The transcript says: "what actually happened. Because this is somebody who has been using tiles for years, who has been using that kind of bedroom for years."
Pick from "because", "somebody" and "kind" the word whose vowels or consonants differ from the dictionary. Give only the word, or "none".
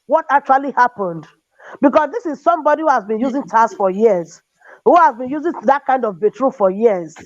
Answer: because